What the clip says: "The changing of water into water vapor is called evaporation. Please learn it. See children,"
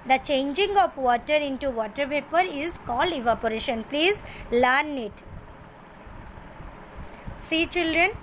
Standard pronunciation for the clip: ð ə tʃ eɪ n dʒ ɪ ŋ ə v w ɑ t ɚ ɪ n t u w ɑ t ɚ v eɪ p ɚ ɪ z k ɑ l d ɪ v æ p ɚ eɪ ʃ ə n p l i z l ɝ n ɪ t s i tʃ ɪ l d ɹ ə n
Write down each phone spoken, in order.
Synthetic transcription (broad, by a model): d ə tʃ eɪ n dʒ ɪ ŋ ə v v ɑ t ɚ ɪ n t u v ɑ t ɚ p eɪ p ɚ ɪ z k ɑ l d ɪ v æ p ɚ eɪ ʃ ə n p l i z l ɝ n ɪ t s i tʃ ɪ l d ɹ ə n